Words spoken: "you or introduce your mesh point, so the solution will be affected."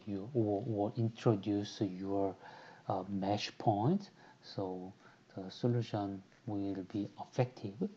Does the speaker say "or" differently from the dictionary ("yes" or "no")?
yes